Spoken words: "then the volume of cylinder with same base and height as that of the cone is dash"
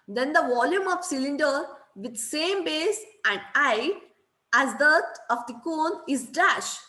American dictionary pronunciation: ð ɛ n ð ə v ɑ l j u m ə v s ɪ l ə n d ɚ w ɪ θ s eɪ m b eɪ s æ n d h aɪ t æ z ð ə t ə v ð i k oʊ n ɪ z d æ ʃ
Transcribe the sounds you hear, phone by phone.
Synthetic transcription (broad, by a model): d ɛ n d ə v ɑ l j u m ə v s ɪ l ə n d ɚ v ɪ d s eɪ m b eɪ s æ n d aɪ æ z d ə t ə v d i k oʊ n ɪ z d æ ʃ